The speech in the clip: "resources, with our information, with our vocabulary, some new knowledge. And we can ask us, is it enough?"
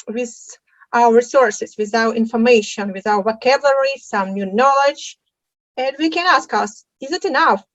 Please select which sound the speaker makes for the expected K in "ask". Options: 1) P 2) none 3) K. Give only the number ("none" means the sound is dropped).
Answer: 3